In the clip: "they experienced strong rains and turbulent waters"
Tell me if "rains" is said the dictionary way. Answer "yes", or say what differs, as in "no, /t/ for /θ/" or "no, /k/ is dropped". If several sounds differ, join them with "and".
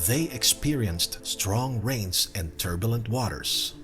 yes